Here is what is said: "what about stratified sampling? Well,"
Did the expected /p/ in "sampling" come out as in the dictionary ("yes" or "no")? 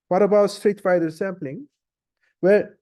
yes